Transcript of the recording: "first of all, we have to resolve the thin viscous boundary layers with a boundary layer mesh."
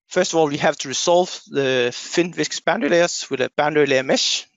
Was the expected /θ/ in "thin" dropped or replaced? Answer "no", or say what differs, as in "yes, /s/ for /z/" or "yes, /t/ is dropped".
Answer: yes, /f/ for /θ/